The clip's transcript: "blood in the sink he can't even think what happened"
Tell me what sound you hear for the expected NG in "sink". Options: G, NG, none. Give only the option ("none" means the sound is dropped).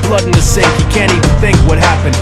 none